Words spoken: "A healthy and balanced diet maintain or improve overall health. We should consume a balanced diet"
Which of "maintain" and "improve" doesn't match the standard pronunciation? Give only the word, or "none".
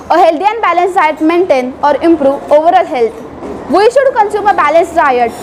none